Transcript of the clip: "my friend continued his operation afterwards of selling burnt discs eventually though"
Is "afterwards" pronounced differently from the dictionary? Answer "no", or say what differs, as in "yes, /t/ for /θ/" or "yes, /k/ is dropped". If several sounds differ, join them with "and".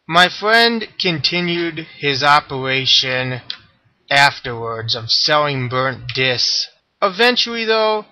no